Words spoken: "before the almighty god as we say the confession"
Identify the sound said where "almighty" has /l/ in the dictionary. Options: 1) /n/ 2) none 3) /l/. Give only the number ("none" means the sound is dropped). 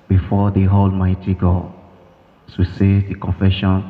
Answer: 3